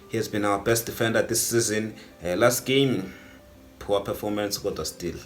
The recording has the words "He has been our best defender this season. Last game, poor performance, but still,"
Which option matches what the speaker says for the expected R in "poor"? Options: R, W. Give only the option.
W